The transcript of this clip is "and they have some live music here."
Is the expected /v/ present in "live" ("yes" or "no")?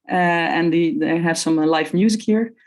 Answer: no